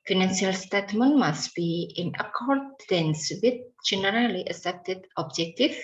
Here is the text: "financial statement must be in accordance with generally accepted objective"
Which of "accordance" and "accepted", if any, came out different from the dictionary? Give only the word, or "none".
accepted